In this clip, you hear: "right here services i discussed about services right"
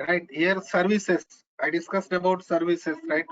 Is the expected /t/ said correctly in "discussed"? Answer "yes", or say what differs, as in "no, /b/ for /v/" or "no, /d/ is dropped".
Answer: yes